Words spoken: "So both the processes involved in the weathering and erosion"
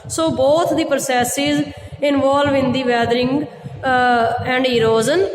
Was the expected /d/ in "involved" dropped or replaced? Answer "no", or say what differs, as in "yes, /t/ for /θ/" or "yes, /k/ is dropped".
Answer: yes, /d/ is dropped